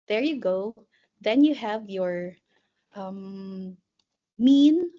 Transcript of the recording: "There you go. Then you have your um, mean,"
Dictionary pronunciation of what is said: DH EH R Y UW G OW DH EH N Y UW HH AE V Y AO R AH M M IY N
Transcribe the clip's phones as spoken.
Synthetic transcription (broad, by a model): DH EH R Y UW G OW DH EH N Y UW HH AE V Y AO R AH M M IY N